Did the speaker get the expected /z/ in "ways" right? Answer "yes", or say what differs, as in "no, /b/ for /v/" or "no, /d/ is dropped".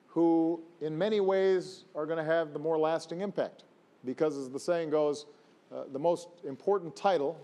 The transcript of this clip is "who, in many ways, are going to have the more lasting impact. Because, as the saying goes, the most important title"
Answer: yes